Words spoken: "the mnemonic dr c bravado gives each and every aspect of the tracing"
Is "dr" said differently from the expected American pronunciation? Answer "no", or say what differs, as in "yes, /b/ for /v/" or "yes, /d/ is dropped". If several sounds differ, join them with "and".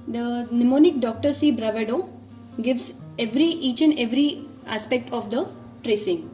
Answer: no